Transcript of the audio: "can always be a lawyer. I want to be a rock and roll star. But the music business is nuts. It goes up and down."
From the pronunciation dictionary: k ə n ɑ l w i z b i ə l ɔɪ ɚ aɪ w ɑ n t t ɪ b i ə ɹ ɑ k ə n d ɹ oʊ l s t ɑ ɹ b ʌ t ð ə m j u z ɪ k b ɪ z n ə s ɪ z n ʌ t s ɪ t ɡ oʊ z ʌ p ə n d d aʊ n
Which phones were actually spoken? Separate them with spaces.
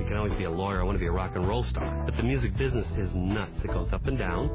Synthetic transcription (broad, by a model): k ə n ɑ l w i z b i ə l ɔɪ ɚ aɪ w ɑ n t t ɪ b i ə ɹ ɑ k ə n ɹ oʊ l s t ɑ ɹ b ʌ t ð ə m j u z ɪ k b ɪ z n ə s ɪ z n ʌ t s ɪ t ɡ oʊ z ʌ p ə n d d aʊ n